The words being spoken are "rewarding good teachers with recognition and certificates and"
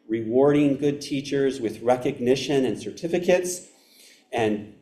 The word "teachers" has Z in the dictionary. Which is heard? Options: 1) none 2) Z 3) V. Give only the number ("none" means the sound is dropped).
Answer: 2